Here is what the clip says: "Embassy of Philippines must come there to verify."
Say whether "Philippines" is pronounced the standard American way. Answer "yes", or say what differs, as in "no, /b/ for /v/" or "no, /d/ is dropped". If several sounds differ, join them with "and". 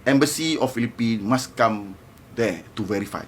no, /z/ is dropped